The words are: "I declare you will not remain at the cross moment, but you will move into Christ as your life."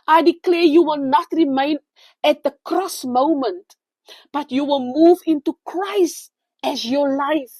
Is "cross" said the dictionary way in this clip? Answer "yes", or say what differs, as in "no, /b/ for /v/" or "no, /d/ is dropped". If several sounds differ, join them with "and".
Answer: yes